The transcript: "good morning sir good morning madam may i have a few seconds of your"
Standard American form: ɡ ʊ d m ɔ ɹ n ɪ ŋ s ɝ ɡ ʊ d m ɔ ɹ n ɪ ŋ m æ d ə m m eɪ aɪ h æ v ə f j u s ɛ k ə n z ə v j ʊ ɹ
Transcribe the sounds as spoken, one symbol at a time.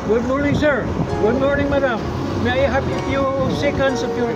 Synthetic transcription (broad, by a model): ɡ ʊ d m ɔ ɹ n ɪ ŋ s ɝ ɡ ʊ d m ɔ ɹ n ɪ ŋ m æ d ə m m eɪ aɪ h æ p ə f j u s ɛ k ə n s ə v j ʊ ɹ